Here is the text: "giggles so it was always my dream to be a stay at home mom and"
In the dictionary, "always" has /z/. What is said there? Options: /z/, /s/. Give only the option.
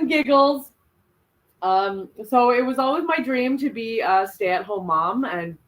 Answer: /z/